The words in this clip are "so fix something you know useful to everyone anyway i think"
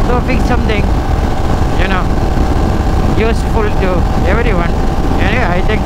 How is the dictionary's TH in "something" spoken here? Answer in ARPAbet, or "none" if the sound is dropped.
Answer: T